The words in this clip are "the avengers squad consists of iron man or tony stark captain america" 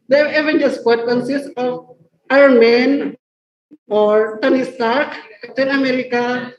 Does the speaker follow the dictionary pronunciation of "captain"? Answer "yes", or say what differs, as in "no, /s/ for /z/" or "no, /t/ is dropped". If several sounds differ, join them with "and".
no, /p/ is dropped